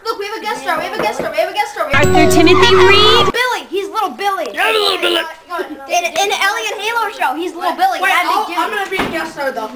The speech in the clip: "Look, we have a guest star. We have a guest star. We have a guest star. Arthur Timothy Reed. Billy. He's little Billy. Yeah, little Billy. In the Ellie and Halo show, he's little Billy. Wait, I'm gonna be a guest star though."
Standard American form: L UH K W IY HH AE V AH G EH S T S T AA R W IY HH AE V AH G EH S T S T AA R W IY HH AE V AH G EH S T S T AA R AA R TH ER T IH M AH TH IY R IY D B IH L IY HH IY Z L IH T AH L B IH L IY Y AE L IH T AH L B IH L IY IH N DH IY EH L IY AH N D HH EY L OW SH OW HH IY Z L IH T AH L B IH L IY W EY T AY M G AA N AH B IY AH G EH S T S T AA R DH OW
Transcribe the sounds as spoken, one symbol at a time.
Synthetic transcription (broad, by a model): L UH K W IY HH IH V AH G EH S S T AA R W IY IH V AH G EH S S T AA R W IY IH V AH G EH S S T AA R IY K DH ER T IH M AH TH IY R IY D B IH L IY HH IY Z L IH T L B IH L IY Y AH L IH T L B IH L IY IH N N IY EH L IY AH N HH EY L OW SH OW HH IY Z L IH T L B IH L IY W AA AY M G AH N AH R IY AH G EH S S T AA R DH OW